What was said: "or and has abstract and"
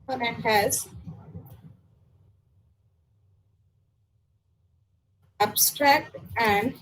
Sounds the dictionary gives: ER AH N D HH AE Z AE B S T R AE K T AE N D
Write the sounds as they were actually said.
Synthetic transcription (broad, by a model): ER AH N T HH AE Z AE B S T R AE K T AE N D